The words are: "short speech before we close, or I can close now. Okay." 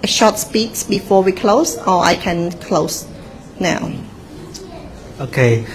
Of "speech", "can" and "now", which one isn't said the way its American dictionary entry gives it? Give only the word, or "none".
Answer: speech